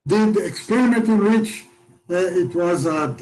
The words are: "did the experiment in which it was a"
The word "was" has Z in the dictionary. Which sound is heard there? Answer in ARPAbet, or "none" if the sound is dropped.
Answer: Z